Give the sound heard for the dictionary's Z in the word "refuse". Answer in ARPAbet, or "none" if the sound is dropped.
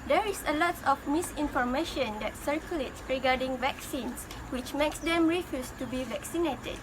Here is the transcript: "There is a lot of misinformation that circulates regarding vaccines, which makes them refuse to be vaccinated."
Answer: S